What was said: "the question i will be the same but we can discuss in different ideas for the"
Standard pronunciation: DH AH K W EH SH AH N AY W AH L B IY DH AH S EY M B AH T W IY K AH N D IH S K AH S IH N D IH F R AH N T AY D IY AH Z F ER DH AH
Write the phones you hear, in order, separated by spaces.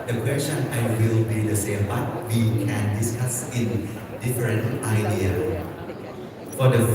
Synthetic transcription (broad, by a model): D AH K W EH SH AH N AY W AH L B IY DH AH S EY M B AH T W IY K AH N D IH S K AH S IH N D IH F R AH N T AY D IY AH F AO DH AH